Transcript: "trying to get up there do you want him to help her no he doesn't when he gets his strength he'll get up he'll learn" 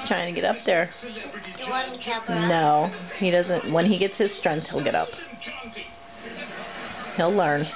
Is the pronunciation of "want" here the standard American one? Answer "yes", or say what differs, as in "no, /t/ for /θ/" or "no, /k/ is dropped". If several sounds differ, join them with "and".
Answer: no, /t/ is dropped